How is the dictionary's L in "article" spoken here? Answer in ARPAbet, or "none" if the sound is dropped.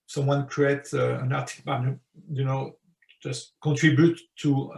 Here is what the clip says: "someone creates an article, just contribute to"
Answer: N